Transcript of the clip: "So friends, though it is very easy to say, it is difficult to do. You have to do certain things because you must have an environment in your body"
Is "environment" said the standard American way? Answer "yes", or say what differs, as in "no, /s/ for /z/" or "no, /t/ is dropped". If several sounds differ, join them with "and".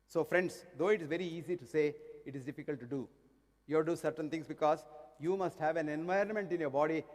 yes